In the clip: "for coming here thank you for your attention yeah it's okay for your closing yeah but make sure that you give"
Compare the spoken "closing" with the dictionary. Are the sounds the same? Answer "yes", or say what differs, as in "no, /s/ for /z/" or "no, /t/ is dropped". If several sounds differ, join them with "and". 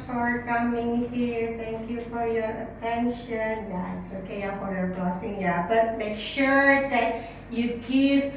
no, /l/ is dropped and /s/ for /z/